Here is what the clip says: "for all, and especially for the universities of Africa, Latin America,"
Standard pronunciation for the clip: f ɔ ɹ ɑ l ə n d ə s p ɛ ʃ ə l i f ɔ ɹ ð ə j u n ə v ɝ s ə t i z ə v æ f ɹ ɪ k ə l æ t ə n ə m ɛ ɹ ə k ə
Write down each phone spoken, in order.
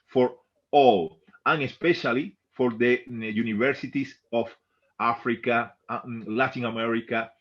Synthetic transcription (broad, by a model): f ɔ ɹ ɑ l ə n ə s p ɛ ʃ ə l i f ɔ ɹ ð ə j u n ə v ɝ s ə t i s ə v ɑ f ɹ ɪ k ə l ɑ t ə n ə m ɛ ɹ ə k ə